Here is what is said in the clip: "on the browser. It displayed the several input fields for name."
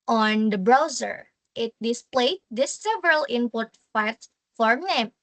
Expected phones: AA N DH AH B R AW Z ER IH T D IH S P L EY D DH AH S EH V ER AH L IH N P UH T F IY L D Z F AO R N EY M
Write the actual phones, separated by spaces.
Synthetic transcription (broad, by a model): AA N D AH B R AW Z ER IH T D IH S P L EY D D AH S EH V ER AH L IH N P UH T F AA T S F AO R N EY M